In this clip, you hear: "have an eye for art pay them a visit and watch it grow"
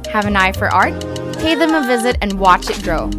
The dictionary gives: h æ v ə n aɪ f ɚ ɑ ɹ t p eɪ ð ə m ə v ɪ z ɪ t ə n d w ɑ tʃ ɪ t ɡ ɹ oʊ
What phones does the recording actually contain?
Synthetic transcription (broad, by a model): h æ v ə n aɪ f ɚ ɑ ɹ t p eɪ ð ə m ə v ɪ z ɪ t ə n w ɑ tʃ ɪ t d ɹ oʊ